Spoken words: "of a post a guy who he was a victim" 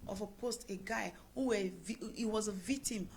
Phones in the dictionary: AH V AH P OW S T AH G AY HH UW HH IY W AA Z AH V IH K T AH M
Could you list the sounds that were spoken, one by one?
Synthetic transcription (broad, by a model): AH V AH P OW S T AH G AY HH UW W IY W AA Z AH V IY K T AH M